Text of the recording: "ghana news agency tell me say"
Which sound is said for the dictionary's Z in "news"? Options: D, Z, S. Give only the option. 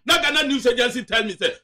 S